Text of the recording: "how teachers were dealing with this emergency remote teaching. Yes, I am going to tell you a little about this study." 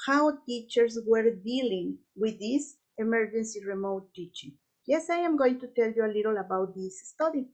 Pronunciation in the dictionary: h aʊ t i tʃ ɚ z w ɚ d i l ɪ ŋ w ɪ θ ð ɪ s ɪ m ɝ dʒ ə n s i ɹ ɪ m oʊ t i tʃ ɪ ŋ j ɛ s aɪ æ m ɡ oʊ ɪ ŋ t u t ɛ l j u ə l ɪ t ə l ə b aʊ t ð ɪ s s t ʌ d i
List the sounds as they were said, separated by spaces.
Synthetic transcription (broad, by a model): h aʊ t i tʃ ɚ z w ɚ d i l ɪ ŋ w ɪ ð ɪ s ɪ m ɝ dʒ ə n s i ɹ ɪ m oʊ t i tʃ ɪ ŋ j ɛ s aɪ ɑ m ɡ oʊ ɪ ŋ t u t ɛ l j u ə l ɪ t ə l ə b aʊ t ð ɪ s s t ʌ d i